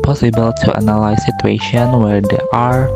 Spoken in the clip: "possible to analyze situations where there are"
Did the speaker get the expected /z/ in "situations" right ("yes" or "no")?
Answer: no